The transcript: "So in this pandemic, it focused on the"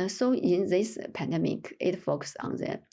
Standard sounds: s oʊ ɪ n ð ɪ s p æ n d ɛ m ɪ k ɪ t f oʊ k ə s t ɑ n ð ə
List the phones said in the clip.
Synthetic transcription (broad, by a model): s oʊ ɪ n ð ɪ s p æ n d ɛ m ɪ k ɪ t f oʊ k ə s ɑ n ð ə